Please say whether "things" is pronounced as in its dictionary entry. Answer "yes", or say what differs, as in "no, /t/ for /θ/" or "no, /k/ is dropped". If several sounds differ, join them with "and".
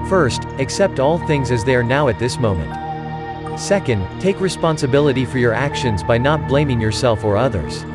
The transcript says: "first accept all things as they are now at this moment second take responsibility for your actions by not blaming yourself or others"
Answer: yes